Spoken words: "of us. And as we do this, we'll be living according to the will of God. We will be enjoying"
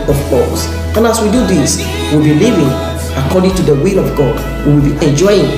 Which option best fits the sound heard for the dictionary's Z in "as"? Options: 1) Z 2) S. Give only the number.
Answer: 2